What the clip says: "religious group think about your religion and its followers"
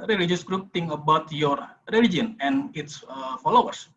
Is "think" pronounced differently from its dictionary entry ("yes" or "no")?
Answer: yes